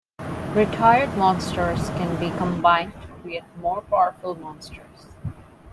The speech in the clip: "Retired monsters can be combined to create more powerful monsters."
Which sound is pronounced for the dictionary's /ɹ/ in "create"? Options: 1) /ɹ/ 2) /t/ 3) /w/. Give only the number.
3